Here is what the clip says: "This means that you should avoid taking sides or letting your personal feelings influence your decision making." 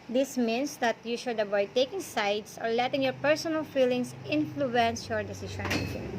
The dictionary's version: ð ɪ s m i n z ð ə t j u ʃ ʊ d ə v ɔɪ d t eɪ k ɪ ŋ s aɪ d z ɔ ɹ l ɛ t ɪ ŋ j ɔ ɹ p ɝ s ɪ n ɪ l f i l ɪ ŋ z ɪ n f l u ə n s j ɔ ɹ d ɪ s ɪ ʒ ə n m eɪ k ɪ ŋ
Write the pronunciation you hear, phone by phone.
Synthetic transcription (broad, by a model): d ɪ s m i n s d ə t j u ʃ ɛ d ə b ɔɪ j t eɪ k ɪ ŋ s aɪ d s ɔ ɹ l ɛ t ɪ ŋ j ɔ ɹ p ɝ s ɪ n ɪ l f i l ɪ ŋ s ɪ n f l u ə n s j ɔ ɹ d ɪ s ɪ ʃ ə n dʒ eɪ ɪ